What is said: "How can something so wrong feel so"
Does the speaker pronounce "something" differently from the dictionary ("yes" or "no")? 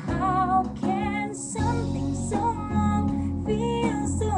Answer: no